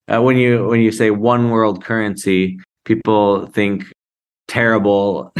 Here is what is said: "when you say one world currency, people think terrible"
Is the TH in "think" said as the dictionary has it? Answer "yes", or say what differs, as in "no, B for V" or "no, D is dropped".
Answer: yes